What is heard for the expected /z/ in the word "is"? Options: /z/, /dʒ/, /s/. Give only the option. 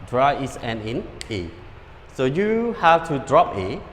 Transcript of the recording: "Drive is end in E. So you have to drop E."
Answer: /s/